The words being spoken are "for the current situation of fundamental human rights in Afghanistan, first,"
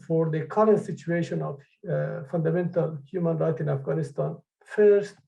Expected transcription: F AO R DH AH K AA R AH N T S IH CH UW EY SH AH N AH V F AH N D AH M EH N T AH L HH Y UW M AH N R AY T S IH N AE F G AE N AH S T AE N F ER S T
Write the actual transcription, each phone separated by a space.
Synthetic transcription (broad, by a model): F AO R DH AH K AA R AH N T S IH CH UW EY SH AH N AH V F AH N D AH M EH N T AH L HH Y UW M AH N R AY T IH N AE F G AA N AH S T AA N F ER S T